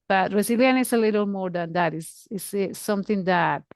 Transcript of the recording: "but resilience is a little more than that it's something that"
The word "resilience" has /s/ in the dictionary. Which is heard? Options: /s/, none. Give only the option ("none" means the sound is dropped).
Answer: none